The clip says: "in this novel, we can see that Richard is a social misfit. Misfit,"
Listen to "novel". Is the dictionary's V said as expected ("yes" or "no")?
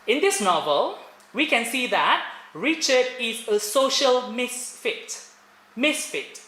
yes